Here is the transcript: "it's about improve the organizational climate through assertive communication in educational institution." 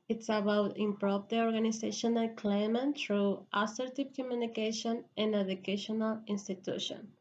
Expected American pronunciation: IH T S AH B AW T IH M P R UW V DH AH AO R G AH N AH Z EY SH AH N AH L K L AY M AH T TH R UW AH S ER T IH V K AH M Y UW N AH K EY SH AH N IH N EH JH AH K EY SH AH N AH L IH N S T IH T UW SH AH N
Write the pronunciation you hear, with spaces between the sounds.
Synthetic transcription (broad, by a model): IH T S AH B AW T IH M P R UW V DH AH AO R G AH N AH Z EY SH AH N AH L K L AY M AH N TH R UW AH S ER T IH P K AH M Y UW N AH K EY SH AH N IH N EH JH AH K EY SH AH N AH L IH N S T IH T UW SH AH N